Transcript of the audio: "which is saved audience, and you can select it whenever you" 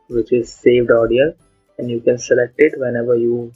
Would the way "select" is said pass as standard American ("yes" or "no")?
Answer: yes